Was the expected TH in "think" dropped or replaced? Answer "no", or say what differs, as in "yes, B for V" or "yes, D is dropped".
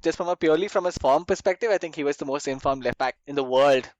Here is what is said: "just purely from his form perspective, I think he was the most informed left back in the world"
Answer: yes, T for TH